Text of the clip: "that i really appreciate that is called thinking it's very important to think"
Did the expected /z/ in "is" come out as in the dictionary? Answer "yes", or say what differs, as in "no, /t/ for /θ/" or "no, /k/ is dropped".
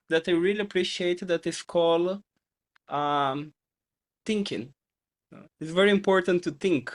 no, /s/ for /z/